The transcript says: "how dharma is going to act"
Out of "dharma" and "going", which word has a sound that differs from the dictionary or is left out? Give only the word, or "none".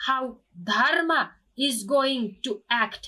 none